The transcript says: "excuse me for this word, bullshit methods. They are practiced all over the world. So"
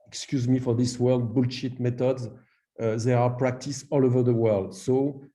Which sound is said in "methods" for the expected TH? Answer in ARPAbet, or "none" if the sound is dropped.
T